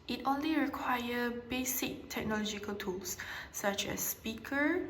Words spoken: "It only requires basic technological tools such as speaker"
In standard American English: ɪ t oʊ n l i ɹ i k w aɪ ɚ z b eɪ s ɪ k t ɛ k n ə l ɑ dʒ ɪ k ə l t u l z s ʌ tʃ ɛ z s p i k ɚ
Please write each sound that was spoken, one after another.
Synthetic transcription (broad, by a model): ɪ t oʊ n l i ɹ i k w aɪ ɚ b eɪ s ɪ k t ɛ k n ə l ɑ dʒ ɪ k ə l t u l s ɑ tʃ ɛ s p i k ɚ